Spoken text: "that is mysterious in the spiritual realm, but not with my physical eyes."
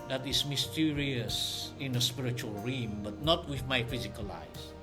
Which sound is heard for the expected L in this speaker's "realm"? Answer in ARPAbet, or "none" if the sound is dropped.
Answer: none